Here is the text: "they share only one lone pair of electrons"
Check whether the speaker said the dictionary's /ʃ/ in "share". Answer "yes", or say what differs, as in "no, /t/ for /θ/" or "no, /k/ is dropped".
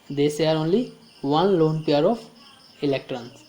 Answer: no, /s/ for /ʃ/